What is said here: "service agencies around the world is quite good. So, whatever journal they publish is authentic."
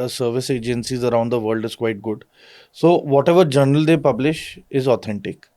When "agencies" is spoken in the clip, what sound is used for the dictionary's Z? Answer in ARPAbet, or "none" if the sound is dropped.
Z